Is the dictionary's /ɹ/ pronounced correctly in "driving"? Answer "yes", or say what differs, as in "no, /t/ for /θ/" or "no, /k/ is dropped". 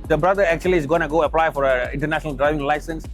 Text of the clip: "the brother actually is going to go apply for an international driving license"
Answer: yes